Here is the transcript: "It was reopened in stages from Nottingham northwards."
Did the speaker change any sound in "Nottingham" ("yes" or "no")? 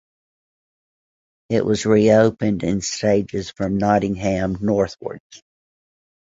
no